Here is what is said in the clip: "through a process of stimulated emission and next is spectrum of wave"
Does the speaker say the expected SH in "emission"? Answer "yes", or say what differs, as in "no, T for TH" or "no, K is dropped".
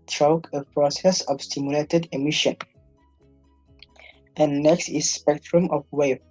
yes